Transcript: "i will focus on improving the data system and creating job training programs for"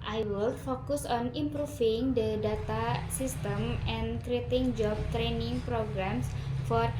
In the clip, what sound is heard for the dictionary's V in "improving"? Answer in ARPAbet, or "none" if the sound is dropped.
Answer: F